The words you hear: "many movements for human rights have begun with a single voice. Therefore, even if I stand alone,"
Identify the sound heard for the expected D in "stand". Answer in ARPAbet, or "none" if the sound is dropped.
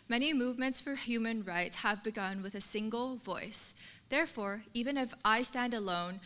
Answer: D